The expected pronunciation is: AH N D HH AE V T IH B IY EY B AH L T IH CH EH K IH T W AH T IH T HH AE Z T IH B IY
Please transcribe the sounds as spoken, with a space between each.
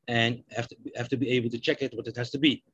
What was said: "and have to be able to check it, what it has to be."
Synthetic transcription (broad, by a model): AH N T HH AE F T IH B IY EY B L T IH CH EH K IH T W AH T IH T HH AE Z T IH B IY